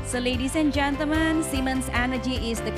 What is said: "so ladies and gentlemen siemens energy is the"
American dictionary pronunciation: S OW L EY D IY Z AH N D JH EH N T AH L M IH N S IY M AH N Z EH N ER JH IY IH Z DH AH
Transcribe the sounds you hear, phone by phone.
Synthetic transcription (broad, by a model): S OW L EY D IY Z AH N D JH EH N T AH M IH N S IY M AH N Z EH N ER JH IY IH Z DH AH